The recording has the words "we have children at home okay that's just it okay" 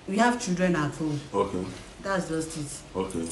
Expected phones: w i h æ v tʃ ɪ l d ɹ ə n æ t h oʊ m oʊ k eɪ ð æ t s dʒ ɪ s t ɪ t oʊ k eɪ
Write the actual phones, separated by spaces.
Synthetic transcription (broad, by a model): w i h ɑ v tʃ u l d ɹ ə n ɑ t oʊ oʊ k eɪ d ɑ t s dʒ ɪ s t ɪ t oʊ k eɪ